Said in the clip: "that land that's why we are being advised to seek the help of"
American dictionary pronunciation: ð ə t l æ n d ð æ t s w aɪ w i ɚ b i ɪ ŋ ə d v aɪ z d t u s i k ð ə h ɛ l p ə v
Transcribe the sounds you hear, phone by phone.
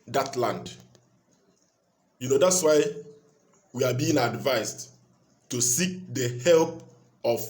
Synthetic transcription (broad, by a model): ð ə t l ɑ n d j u t s w aɪ w i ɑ b i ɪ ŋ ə d v aɪ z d t u s i k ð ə h ɛ l p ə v